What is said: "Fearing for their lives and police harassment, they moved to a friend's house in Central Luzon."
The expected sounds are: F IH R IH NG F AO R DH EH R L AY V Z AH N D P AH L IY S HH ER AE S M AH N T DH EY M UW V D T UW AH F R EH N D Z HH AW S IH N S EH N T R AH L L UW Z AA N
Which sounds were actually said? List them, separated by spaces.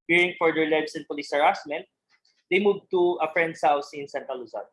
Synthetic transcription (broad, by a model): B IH R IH NG F AO R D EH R L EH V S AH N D P AH L IY S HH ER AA S M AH N T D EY M UW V T UW AH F R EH N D S HH AW S IH N S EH N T AH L L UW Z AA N